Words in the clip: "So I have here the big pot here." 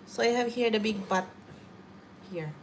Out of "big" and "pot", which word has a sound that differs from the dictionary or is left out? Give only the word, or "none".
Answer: pot